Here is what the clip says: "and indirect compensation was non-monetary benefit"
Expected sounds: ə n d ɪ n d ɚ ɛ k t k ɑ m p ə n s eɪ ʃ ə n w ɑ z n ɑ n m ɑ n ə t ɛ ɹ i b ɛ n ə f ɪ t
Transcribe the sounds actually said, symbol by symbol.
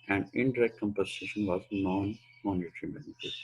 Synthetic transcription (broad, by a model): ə n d ɪ n d ɚ ɛ k t k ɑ m p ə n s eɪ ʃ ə n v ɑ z n ɑ n m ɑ n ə t ɹ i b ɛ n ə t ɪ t